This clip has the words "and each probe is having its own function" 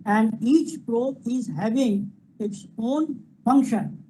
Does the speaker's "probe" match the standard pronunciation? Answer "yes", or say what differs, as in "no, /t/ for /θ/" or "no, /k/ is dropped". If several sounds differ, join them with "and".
no, /b/ is dropped